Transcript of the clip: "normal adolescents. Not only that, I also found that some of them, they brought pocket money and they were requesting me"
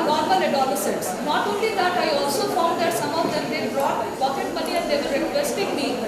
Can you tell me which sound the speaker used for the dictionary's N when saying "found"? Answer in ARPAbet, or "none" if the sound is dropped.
L